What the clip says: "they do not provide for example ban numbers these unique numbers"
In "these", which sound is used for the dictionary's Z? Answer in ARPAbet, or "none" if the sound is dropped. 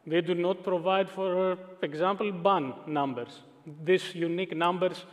S